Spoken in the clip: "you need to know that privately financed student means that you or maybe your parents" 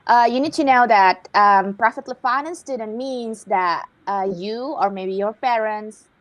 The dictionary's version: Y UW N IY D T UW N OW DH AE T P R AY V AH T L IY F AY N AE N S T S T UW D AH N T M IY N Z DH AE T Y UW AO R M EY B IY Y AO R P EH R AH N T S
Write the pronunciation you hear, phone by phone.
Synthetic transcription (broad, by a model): Y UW N IY D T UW N OW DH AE T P R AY F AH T L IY F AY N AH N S S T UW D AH N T M IY N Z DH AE T Y UW AO R M EY B IY Y AO R P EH R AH N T S